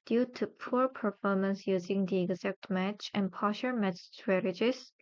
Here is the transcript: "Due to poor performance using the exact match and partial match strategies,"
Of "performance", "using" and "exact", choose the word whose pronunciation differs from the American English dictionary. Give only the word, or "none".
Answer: none